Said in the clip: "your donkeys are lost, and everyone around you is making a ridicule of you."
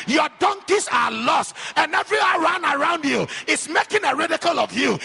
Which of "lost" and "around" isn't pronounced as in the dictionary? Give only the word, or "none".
none